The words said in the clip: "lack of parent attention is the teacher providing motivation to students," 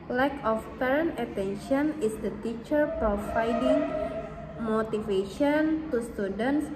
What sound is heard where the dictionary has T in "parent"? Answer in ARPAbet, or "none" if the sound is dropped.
none